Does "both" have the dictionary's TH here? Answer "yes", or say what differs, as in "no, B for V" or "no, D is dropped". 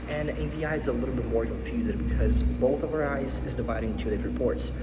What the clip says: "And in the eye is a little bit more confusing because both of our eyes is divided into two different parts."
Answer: yes